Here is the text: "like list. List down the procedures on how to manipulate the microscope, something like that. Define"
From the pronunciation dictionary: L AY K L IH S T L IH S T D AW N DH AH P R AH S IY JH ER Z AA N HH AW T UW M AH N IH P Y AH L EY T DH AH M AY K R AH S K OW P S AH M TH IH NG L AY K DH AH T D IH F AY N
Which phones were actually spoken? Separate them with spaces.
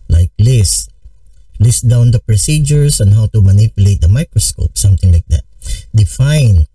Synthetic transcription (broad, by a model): L AY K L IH S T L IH S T D AW N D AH P R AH S IY JH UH S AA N HH AW T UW M AH N IH P Y AH L EY T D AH M AY K R AH S K OW P S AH M T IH NG L AY K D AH T D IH F AY N